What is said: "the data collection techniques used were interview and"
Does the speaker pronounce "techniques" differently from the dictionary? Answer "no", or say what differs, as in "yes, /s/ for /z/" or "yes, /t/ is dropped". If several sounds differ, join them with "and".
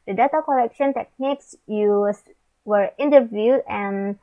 no